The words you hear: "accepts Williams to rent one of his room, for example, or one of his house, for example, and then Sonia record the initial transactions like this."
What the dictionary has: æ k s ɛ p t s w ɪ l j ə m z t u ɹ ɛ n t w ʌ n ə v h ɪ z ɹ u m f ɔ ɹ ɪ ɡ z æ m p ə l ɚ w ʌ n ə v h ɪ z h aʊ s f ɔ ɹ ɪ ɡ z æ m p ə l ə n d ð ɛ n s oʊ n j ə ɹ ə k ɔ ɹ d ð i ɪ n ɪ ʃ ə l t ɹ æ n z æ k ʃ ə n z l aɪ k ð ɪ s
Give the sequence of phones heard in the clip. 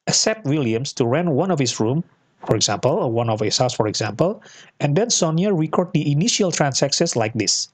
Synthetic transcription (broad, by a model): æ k s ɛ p t w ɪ l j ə m s t u ɹ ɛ n w ʌ n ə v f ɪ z ɹ u m f ɔ ɹ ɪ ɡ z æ m p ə l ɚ w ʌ n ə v h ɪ s h aʊ s f ɔ ɹ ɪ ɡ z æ m p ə l ə n d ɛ n s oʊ n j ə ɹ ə k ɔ ɹ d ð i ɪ n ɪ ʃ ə l t ɹ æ n s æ k s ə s l aɪ k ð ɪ s